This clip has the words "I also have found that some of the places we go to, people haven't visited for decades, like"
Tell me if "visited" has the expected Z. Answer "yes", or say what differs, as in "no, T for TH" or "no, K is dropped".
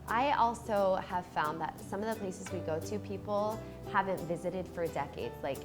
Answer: yes